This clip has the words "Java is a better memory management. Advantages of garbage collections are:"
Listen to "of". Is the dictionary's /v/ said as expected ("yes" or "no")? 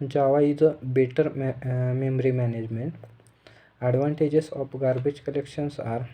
no